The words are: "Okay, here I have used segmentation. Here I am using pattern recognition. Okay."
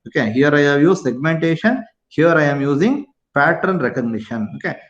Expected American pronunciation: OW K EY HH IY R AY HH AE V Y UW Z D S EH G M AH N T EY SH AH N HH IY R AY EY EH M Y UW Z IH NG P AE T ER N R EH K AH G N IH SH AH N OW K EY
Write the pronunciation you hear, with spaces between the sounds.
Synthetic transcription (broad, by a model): OW K EY HH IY R AY HH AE V Y UW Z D S EH G M AH N T EY SH AH N HH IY R AY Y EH M Y UW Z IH NG P AE T ER N R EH K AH G N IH SH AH N OW K EY